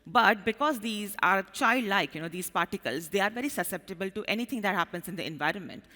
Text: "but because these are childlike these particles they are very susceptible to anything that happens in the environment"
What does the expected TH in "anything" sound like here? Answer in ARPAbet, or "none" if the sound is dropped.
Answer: T